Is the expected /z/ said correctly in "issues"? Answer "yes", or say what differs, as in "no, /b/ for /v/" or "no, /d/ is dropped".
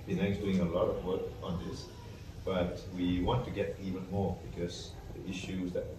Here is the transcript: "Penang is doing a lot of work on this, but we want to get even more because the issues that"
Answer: yes